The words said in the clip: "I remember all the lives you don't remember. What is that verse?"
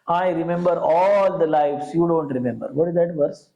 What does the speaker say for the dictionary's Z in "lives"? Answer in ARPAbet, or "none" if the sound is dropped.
S